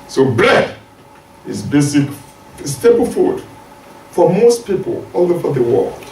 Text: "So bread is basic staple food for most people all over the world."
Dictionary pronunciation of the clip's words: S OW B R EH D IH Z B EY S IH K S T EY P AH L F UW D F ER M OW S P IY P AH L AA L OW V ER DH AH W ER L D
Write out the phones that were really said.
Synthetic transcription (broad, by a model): S OW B L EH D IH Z B EY S IH K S T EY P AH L F UW D F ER M OW S P IY P AH L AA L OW F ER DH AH W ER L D